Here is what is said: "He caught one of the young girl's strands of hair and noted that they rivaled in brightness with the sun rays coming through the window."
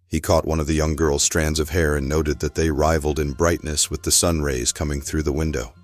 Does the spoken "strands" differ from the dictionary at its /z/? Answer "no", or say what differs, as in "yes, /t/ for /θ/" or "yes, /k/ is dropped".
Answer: no